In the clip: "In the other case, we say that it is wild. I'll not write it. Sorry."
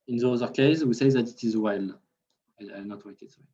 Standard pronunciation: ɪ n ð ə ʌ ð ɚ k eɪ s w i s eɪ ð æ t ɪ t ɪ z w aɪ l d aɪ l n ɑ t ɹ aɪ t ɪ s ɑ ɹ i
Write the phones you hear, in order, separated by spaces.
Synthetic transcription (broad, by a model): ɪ n ð ə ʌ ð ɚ k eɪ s w i s eɪ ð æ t ɪ t ɪ z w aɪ l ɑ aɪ n ɑ t w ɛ ɪ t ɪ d